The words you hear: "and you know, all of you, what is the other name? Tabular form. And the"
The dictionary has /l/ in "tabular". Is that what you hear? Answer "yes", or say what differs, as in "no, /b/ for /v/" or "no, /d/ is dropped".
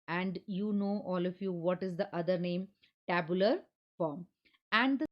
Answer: yes